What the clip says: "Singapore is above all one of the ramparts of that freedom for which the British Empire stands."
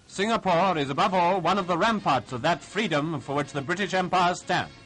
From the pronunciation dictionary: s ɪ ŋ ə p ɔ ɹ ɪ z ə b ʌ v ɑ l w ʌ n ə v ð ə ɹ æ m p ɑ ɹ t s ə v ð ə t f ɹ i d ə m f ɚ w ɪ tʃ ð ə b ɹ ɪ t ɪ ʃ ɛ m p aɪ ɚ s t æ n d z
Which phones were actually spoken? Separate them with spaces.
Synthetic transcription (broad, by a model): s ɪ ŋ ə p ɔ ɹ ɪ z ə b ʌ v ɑ l w ʌ n ə v ð ə ɹ æ m p ɑ ɹ t s ə v ð ə t f ɹ i d ə m f ɚ w ɪ tʃ ð ə b ɹ ɪ t ɪ ʃ ɛ m p aɪ ɚ s t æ n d